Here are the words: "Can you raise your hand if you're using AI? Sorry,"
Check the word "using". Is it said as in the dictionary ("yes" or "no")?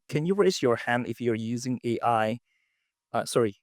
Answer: yes